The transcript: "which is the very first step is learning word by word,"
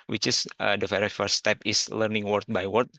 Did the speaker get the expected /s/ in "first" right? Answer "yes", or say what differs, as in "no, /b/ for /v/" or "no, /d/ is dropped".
no, /s/ is dropped